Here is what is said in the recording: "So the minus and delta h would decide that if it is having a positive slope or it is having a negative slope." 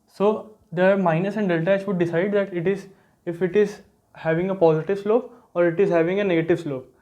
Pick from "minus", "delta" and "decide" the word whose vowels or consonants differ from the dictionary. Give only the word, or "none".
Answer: none